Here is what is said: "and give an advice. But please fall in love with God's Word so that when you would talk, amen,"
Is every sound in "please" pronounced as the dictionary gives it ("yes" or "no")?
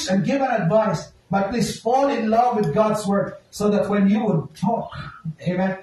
no